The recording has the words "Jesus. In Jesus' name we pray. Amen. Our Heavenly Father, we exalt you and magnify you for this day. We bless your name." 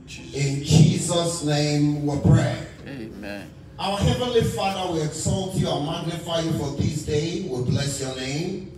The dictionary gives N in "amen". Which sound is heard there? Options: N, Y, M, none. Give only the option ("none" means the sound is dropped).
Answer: none